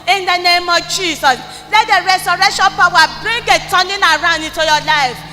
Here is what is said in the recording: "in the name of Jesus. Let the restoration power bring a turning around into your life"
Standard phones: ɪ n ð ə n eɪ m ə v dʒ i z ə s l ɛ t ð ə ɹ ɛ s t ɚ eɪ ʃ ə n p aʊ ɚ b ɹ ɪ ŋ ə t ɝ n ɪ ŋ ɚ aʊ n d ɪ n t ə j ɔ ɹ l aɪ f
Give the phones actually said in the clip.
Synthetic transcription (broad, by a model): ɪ n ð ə n eɪ m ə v dʒ i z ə s l ɛ t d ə ɹ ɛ s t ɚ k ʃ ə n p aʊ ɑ b ɹ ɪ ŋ ə t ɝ n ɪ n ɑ aʊ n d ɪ t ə j ɔ l aɪ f